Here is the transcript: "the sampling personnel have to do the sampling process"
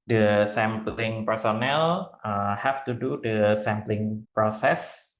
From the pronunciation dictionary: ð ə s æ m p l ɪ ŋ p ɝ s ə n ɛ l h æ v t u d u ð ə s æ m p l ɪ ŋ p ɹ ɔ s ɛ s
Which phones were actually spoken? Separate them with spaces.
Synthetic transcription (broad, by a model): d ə s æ m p l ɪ ŋ p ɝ s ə n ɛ l h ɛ f t u d u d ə s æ m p l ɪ ŋ p ɹ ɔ s ɛ s